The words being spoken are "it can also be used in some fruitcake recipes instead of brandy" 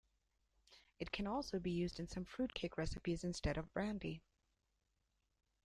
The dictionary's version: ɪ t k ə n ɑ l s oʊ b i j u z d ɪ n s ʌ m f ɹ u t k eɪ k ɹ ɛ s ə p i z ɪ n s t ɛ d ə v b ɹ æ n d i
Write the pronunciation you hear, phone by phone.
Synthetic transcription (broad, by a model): ɪ t k ə n ɑ l s oʊ b i j u z d ɪ n s ʌ m f ɹ u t k eɪ k ɹ ɛ s ə p i z ɪ n s t ɛ d ə v b ɹ æ n d i